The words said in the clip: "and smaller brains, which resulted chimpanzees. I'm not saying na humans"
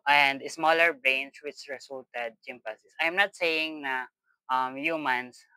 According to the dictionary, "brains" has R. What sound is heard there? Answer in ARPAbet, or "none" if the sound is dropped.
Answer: none